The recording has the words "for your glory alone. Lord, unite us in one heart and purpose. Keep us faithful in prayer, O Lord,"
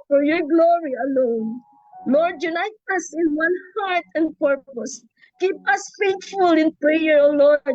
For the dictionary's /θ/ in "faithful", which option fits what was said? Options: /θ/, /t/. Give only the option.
/t/